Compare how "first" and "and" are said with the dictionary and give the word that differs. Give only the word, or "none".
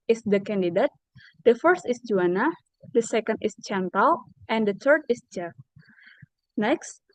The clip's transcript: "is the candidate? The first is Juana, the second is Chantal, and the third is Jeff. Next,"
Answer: none